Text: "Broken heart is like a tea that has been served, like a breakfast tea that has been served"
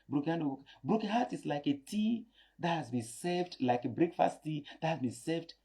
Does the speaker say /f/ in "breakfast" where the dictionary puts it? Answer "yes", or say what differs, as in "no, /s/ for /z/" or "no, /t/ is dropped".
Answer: yes